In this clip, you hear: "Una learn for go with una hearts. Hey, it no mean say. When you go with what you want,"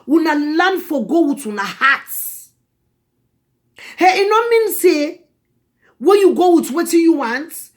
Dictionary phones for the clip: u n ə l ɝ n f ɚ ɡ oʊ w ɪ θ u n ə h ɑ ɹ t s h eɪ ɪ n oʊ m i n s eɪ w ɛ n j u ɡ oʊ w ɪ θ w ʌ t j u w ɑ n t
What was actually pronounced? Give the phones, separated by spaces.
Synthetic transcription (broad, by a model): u n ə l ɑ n f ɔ ɡ oʊ w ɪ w u n ə h ɑ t h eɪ ɪ n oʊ m i n s eɪ w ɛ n j u ɡ oʊ w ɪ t w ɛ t j u w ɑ n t